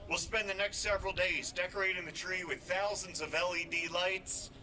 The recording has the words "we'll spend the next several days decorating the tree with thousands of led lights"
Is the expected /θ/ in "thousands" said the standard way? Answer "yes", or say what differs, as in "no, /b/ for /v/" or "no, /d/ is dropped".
yes